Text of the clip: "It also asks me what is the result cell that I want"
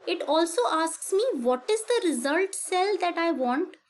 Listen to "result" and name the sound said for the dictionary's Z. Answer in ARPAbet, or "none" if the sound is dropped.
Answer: Z